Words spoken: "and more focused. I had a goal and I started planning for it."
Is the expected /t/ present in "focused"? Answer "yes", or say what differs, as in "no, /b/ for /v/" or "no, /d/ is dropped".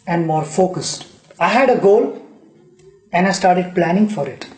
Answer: yes